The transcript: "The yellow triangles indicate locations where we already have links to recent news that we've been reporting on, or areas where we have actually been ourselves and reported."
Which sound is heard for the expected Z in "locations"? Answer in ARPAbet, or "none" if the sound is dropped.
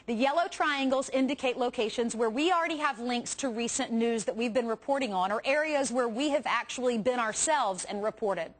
Z